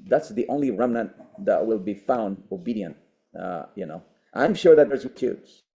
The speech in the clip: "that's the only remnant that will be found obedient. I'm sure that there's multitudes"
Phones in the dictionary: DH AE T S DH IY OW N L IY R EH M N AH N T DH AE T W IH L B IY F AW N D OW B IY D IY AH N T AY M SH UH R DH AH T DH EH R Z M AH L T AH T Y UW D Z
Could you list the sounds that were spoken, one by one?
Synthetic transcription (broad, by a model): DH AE T S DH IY OW N L IY R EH M N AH N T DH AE T W IH L B IY F AW N D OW B IY D IY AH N T AY M SH UH R DH AH T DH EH R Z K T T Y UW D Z